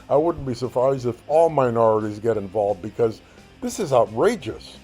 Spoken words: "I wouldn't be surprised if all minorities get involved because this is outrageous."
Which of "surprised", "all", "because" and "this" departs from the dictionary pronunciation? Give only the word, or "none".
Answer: none